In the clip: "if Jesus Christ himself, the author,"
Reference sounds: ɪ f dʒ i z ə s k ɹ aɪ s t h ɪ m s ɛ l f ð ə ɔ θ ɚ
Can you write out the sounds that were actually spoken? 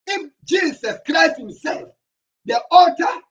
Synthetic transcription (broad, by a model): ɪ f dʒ i s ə s k ɹ aɪ s t h ɪ m s ɛ l f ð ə ɔ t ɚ